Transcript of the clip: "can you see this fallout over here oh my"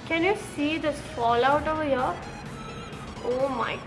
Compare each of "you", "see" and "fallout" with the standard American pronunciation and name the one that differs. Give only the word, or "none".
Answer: none